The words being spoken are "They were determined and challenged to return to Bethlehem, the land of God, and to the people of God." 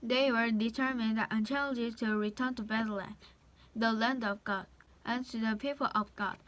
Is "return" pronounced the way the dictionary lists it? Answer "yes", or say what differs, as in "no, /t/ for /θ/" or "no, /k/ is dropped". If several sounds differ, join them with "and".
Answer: yes